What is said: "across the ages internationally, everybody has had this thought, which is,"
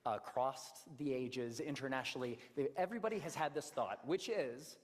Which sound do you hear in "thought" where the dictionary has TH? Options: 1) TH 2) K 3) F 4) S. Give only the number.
1